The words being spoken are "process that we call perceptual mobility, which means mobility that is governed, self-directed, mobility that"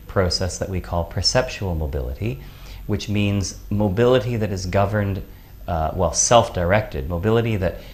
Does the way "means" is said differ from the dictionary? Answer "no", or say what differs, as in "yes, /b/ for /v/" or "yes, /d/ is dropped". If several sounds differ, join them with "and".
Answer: no